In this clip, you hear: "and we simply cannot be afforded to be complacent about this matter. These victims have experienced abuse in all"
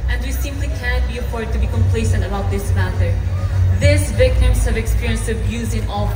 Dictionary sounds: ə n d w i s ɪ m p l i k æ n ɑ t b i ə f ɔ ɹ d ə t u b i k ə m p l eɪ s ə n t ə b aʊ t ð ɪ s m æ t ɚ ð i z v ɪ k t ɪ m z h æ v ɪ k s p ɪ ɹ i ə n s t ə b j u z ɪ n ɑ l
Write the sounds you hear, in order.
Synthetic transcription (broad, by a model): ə n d w i s ɪ m p l i k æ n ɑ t b i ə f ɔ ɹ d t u b i k ə m p l eɪ s ə n t ə b aʊ t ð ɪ s m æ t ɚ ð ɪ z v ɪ k t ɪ m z h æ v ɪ k s p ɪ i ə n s ə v j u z ɪ n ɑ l